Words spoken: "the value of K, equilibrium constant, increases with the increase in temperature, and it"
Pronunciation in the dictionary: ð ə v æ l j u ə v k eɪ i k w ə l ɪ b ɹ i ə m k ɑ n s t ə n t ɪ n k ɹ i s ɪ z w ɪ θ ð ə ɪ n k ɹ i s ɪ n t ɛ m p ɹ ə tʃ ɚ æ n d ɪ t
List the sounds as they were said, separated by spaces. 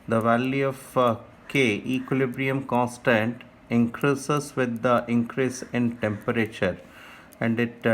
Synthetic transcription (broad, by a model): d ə v æ l j u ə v k eɪ i k w ə l ɪ b ɹ i ə m k ɑ n s t ə n t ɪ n k ɹ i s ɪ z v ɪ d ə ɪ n k ɹ i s ɪ n t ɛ m p ɹ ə tʃ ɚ æ n d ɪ t